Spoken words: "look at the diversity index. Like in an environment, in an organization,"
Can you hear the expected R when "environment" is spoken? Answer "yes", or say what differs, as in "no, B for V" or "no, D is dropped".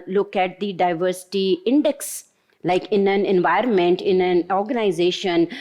yes